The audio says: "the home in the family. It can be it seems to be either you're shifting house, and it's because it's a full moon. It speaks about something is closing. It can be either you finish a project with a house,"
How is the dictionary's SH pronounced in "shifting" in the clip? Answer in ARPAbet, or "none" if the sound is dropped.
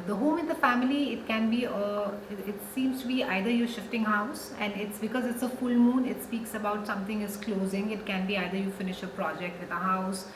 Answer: SH